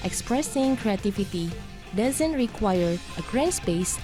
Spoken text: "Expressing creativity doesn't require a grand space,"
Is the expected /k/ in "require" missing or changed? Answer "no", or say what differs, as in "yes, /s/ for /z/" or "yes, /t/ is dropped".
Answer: no